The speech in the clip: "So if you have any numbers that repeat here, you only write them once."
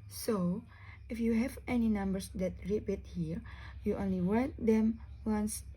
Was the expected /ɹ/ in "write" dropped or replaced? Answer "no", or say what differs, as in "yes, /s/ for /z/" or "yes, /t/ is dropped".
yes, /w/ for /ɹ/